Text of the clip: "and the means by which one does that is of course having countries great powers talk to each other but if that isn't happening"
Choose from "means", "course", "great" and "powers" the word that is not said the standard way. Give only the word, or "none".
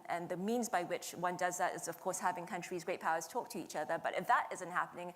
none